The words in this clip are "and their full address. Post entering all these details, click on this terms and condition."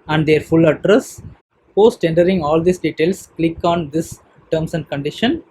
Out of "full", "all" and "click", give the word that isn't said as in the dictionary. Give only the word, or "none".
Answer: none